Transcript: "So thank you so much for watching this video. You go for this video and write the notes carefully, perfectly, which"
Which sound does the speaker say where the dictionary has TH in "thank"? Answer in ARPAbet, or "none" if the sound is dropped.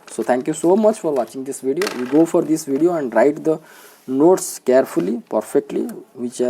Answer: T